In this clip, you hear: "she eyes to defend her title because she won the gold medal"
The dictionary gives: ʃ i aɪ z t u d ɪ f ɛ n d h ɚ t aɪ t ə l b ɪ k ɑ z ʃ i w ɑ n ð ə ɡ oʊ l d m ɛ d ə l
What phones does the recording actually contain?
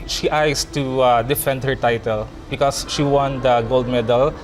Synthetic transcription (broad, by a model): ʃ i aɪ s t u d ɪ f ɛ n d h ɚ t aɪ t ə l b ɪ k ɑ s ʃ i w ɑ n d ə ɡ oʊ l d m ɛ d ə l